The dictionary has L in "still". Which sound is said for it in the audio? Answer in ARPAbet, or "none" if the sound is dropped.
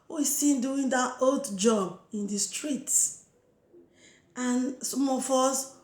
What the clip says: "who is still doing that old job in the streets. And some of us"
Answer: N